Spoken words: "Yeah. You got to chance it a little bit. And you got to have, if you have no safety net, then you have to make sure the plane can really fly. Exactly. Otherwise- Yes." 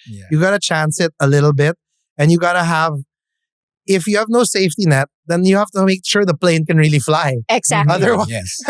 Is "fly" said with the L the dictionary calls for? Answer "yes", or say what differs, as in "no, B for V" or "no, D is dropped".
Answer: yes